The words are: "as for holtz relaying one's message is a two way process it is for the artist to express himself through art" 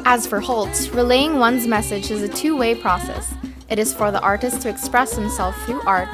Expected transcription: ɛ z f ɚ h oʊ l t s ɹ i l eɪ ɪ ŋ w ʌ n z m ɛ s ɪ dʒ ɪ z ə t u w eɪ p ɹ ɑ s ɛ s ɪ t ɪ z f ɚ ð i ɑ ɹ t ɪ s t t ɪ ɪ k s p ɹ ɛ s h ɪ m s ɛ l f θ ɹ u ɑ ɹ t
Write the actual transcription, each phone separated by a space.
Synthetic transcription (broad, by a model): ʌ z f ɚ h oʊ l t s ɹ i l eɪ ɪ ŋ w ʌ n z m ɛ s ɪ dʒ ɪ z ə t u w eɪ p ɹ ɑ s ɛ s ɪ t ɪ z f ɚ ð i ɑ ɹ t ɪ s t t ɪ ɪ k s p ɹ ɛ s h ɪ m s ɛ l f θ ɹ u ɑ ɹ t